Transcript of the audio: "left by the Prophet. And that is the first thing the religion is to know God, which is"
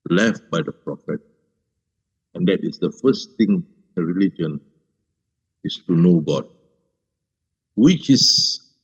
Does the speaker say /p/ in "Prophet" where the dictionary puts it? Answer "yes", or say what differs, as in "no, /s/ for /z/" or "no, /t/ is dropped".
yes